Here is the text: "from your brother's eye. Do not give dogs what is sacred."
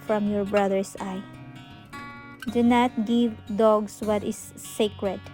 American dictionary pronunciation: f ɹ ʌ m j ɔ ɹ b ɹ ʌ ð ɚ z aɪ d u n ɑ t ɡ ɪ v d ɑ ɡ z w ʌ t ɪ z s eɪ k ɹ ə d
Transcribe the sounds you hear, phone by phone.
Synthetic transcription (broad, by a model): f ɹ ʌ m j ɔ ɹ b ɹ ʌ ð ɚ s aɪ d u n ɑ t ɡ ɪ v d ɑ ɡ s w ʌ t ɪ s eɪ k ɹ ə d